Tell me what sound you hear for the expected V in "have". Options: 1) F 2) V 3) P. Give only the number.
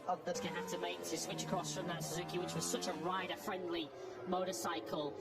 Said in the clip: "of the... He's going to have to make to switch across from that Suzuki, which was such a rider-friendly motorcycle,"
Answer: 1